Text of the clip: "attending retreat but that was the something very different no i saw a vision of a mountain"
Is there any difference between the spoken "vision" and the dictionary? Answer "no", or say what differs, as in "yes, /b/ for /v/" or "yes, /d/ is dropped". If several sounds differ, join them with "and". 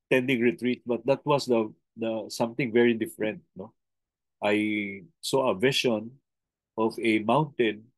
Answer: yes, /ʃ/ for /ʒ/